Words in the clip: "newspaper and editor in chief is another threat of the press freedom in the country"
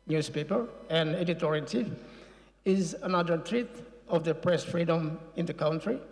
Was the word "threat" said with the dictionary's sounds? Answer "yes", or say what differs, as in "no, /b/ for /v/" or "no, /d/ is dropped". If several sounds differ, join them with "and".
no, /t/ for /θ/